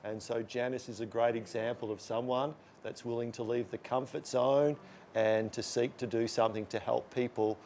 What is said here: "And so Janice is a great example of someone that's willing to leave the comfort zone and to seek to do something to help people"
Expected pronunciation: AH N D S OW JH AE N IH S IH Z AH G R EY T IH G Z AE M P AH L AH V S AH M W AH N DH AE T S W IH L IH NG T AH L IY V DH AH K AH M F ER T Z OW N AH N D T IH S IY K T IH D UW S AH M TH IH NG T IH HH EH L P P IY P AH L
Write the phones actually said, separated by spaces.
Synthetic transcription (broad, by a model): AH N S OW JH AE N IH S IH Z AH G R EY T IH G Z AE M P L AH V S AH M W AH N DH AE T S W IH L IH NG T AH L IY V DH AH K AH M F ER T S OW N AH N T IH S IY K T IH D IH S AH M TH IH NG T IH HH EH L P P IY P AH L